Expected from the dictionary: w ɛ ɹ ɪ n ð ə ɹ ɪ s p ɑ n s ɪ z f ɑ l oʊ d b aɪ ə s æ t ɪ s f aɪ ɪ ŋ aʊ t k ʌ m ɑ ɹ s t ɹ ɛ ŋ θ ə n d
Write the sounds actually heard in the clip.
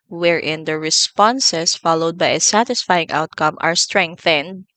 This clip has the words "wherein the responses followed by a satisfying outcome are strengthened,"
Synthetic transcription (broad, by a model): w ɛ ɹ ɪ n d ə ɹ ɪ s p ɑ n s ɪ s f ɑ l oʊ d b aɪ ə s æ t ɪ s f aɪ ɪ ŋ aʊ t k ʌ m ɑ ɹ s t ɹ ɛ ŋ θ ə n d